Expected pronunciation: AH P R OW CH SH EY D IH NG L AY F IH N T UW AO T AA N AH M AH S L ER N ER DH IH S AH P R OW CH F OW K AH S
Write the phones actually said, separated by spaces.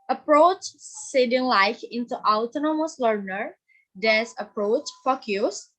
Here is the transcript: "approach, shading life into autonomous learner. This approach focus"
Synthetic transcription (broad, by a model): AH P R OW CH S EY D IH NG L AY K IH N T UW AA T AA N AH M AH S L ER N ER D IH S AH P R OW CH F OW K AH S